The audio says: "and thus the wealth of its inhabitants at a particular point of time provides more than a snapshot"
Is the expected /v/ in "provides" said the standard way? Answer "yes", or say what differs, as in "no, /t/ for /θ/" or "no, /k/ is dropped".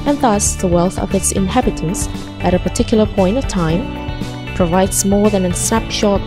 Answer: yes